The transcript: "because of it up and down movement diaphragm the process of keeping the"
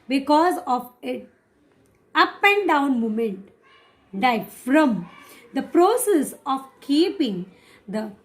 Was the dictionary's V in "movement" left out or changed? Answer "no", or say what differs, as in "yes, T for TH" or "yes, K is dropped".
yes, V is dropped